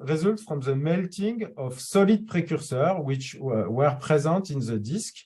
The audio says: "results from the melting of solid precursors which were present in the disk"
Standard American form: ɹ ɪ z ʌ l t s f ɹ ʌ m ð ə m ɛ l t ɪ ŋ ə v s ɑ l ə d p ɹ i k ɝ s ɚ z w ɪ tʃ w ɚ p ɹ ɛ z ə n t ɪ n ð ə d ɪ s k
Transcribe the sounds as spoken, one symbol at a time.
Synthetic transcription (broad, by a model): ɹ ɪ z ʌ l t f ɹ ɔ m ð ə m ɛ l t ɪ ŋ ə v s ɑ l ə d p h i k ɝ s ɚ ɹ w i tʃ w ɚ p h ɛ z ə t ɪ n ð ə d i s k